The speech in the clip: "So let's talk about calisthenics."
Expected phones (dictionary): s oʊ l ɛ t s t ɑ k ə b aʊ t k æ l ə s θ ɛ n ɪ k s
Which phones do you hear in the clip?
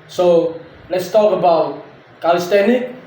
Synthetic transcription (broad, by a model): s oʊ l ɛ t s t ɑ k ə b aʊ t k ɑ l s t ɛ n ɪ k